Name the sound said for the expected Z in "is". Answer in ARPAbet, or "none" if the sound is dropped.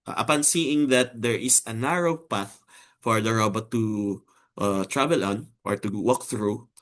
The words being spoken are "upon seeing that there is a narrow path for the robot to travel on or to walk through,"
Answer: S